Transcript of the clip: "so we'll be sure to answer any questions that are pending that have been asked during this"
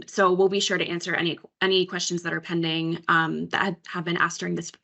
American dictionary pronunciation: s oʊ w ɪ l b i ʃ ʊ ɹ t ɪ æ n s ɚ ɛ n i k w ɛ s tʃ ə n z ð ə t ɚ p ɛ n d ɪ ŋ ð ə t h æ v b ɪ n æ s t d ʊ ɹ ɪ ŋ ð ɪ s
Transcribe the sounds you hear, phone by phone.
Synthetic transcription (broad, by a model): s oʊ w ɪ l b i ʃ ʊ ɹ t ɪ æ n s ɚ ɛ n i k w ɛ s tʃ ə n z ð ə t ɚ p ɛ n d ɪ ŋ ð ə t h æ v b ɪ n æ s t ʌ ɹ ɪ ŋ ð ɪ s